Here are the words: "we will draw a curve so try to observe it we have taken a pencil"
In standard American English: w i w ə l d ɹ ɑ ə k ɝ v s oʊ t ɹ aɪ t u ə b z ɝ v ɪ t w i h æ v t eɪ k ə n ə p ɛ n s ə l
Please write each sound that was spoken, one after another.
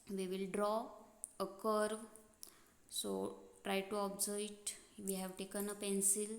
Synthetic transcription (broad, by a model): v i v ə l d ɹ ɑ ə k ɝ v s oʊ t ɹ aɪ t u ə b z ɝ ɪ t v i h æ v t eɪ k ə n ə p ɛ n s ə l